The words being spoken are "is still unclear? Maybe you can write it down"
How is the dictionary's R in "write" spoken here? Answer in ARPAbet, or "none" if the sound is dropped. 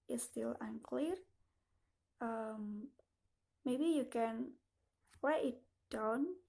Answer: W